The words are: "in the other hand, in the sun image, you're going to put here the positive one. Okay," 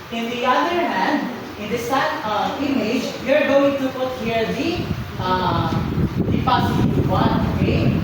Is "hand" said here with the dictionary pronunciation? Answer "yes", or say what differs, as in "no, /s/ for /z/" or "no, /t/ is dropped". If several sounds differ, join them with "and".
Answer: yes